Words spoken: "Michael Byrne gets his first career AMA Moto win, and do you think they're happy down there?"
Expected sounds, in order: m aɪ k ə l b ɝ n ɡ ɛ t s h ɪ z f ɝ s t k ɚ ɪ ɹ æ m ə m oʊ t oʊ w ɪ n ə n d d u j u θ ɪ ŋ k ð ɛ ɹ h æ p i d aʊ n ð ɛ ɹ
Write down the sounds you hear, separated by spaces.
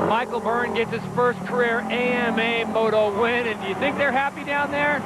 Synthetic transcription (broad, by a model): m aɪ k l b ɝ n ɡ ɛ t s h ɪ z f ɝ s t k ɚ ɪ ɹ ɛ m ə m oʊ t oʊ w ɪ n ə n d d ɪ j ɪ θ ɪ ŋ k ð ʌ ɹ h æ p i d aʊ n ð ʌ ɹ